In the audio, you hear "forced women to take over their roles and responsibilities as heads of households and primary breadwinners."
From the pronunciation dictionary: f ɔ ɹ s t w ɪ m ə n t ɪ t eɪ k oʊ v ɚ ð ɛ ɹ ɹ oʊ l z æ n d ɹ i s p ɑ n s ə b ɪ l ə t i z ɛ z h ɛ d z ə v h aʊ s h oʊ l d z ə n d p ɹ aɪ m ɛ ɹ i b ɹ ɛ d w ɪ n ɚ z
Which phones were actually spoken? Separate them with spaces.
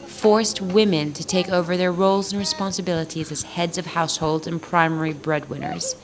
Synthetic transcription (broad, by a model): f ɔ ɹ s t w ɪ m ə n t ɪ t eɪ k oʊ v ɚ ð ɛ ɹ ɹ oʊ l z n ɹ i s p ɑ n s ə b ɪ l ə t i z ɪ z h ɛ d z ə v h aʊ s h oʊ l d z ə n p ɹ aɪ m ɛ ɹ i b ɹ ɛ d w ɪ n ɚ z